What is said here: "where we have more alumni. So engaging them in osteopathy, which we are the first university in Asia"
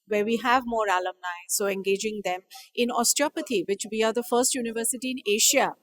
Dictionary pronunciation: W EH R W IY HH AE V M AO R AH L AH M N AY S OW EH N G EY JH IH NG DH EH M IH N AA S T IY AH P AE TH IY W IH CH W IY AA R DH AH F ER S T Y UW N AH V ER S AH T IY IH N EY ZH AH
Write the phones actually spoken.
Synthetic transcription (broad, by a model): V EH R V IY HH AE V M AO R AH L AH M N AY S OW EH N G EY JH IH NG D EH M IH N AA S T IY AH P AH T IY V IH CH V IY AA R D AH F ER S T Y UW N AH V ER S AH T IY IH N EY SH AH